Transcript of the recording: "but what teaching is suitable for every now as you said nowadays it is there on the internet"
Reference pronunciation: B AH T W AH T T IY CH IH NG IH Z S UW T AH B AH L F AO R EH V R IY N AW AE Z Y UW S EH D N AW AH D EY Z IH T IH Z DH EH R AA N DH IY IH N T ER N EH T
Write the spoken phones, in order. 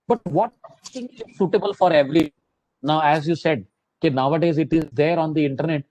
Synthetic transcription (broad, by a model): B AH T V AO T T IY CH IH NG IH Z S UW T AH B AH L F AO R EH V R IY N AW AE Z Y UW S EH D N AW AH D EY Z IH T IH Z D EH R AA N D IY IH N T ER N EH T